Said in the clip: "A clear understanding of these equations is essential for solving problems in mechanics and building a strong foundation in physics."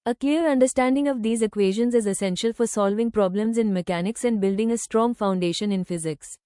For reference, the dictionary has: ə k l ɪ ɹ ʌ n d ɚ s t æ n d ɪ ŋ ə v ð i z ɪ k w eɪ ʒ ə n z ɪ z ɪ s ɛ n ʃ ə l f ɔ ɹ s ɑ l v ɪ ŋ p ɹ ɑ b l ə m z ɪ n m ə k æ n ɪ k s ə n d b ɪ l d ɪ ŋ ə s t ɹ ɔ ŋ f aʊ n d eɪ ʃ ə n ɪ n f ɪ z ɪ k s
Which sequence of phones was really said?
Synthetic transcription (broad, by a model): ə k l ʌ ɹ ʌ n d ɚ s t æ n d ɪ ŋ ə v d i z ɪ k w eɪ ʒ ə n z ɪ z ɪ s ɛ n ʃ ə l f ɔ ɹ s ɑ l v ɪ ŋ p ɹ ɑ b l ə m z ɪ n m ə k æ n ɪ k s ə n d b ɪ l d ɪ ŋ ə s t ɹ ɔ ŋ f aʊ n d eɪ ʃ ə n ɪ n f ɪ z ɪ k s